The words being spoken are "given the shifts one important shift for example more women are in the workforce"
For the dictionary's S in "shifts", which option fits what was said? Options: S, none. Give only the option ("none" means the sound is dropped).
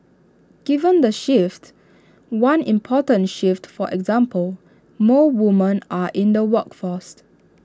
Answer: none